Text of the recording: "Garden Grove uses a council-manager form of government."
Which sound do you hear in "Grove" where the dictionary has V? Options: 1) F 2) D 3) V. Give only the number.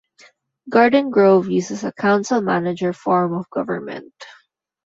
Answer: 3